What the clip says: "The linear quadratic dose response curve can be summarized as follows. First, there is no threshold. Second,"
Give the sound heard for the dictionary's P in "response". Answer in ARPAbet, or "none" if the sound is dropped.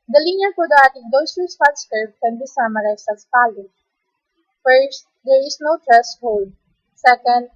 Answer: none